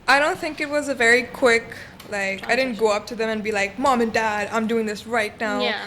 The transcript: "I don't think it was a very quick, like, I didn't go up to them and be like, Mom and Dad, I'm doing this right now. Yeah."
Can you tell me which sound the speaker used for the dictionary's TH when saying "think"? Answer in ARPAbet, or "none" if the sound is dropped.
TH